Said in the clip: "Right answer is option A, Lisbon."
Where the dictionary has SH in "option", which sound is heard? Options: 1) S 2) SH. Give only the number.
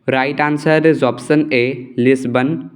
1